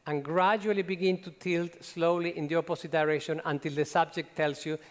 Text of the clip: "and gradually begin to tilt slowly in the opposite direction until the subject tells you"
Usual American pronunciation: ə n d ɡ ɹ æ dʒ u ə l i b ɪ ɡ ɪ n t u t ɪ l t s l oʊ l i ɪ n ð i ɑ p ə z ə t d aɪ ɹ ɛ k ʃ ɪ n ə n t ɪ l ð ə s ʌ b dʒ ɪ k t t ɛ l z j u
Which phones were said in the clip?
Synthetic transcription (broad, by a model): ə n ɡ ɹ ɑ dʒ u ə l i b ɪ ɡ ɪ n t u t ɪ l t s l oʊ l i ɪ n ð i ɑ p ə s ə t d aɪ ɹ ɛ k ʃ ɪ n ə n t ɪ l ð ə s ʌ b dʒ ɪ k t t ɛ l s j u